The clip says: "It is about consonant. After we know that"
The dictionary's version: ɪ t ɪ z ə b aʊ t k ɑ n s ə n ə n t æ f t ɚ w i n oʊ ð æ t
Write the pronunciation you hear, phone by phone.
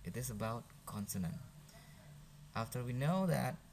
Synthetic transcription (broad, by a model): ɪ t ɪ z ə b aʊ t k ɑ n s ə n ə n t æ f t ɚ w i n oʊ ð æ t